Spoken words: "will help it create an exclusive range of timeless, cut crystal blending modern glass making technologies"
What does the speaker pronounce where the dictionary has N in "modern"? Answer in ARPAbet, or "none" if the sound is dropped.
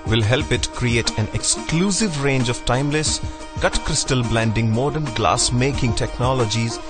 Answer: N